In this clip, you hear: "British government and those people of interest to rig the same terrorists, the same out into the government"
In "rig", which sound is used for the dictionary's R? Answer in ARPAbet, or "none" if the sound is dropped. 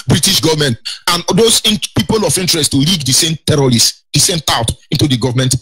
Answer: L